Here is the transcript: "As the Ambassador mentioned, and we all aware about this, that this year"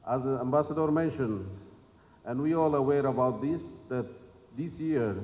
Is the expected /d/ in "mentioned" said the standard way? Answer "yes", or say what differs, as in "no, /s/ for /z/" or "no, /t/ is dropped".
no, /d/ is dropped